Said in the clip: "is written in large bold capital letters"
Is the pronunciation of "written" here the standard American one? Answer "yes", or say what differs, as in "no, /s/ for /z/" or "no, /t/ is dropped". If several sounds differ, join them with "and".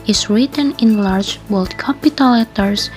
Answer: yes